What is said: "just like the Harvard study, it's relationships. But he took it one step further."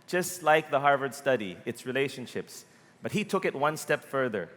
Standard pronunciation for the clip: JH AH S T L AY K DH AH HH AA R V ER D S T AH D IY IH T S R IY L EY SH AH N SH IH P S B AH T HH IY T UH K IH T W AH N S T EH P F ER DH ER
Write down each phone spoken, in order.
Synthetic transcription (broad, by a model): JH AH S T L AY K DH AH HH AA R V ER D S T AH D IY IH T S R IY L EY SH AH N SH IH P S B AH T HH IY T UH K IH T W AH N S T EH P F ER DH ER